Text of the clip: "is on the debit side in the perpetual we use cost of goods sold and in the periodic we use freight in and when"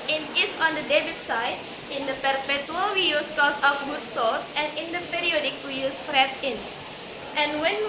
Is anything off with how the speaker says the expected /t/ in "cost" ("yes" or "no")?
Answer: yes